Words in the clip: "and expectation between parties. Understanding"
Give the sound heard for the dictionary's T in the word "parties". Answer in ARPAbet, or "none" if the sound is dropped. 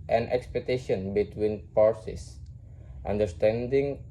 S